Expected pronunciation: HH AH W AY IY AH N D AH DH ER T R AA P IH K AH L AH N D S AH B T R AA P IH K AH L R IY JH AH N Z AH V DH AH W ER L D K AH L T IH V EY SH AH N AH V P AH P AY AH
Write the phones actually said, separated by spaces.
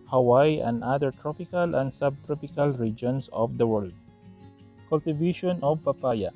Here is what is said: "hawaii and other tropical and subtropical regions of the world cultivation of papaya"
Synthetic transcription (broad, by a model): HH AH W AY AH N D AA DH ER T R AA P IH K AH L AH N D S AH B T R AA P IH K AH L R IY JH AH N S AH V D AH W ER L D K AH L T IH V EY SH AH N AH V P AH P AY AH